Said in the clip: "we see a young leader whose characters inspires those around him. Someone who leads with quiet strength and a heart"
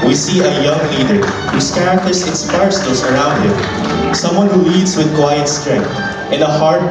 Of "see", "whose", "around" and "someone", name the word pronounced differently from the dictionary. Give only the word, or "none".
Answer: whose